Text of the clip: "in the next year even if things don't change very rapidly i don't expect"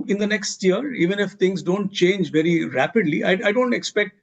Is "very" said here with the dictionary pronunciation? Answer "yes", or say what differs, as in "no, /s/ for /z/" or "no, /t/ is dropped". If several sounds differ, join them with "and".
yes